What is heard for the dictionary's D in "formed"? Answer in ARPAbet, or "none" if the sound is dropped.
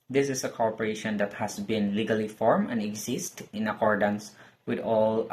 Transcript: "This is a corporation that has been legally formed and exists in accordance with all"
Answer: none